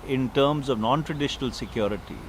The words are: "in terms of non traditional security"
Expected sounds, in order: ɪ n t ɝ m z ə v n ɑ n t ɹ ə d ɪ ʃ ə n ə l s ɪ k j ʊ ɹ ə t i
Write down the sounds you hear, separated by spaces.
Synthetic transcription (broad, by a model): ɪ n t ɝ m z ə v n ɑ n t ɹ ə d ɪ ʃ ə n ə l s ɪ k j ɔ ɹ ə t i